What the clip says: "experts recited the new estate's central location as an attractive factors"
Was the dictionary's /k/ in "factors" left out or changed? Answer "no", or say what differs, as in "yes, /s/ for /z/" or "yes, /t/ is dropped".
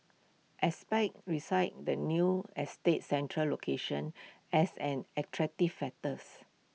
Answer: yes, /k/ is dropped